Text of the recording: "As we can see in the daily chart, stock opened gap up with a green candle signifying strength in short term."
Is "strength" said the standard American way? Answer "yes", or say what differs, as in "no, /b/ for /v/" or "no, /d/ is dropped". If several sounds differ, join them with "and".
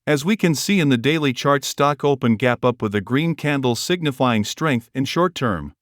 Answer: yes